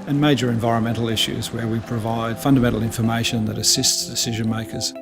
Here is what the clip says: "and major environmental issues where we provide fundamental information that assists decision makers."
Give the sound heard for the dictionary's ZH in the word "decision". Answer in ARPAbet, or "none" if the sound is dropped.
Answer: ZH